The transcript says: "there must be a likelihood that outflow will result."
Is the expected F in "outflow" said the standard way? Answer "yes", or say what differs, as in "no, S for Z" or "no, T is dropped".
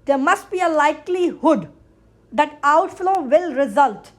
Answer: yes